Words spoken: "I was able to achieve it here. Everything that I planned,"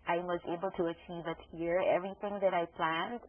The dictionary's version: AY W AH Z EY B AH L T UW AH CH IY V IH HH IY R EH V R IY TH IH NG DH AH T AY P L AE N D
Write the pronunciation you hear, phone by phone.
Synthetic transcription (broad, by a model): AY W AH Z EY B AH L T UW AH CH IY V IH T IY R EH V R IY TH IH NG DH AH T AY P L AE N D